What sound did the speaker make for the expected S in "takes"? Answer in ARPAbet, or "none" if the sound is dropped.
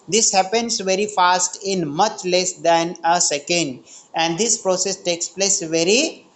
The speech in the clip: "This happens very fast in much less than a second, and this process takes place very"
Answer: S